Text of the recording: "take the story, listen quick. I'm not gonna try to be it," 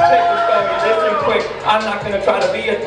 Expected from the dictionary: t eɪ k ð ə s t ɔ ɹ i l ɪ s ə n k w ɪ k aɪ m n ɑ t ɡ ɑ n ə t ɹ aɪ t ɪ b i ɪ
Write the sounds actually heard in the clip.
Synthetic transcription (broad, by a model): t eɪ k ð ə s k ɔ i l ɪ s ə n k w ɪ k aɪ m n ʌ t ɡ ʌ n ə t ɹ aɪ t ɪ b i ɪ